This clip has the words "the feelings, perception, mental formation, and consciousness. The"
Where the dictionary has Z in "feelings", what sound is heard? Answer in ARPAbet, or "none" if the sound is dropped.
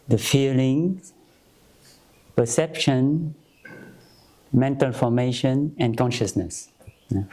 none